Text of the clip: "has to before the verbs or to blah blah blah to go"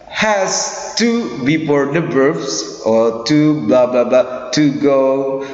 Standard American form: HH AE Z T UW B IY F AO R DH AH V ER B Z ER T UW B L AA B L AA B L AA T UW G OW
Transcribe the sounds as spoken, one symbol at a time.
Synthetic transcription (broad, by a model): HH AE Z T UW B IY P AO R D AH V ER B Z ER T UW B L AA B L AA B L AA T UW G OW